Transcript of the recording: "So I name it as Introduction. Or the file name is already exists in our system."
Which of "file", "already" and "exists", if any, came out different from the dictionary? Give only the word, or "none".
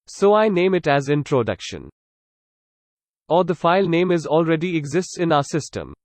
none